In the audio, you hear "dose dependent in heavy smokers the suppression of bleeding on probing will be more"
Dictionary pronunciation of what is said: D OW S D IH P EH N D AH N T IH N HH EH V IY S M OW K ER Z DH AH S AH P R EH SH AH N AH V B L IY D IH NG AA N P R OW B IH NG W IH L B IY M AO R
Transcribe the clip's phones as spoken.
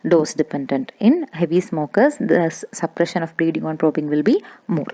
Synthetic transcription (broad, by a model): D OW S D IH P EH N D AH N T IH N HH EH V IY S M OW K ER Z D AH S AH P R EH SH AH N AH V B L IY D IH NG AA N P R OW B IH NG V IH L B IY M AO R